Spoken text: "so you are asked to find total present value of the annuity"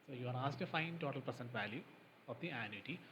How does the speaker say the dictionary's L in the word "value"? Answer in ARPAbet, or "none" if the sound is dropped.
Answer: L